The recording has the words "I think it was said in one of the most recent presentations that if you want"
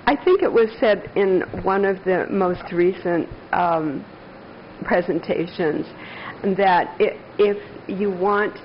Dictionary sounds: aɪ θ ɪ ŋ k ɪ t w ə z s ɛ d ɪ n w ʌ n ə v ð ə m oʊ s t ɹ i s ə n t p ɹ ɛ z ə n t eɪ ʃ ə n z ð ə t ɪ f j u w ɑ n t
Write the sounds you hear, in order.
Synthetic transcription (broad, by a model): aɪ θ ɪ ŋ k ɪ t w ə z s ɛ d ɪ n w ʌ n ə v ð ə m oʊ s t ɹ i s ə n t p ɹ ɛ z ə n t eɪ ʃ ə n z ð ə t ɪ f j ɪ w ɑ n t